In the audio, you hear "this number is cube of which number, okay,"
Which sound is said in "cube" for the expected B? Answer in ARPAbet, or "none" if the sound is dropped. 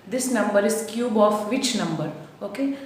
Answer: B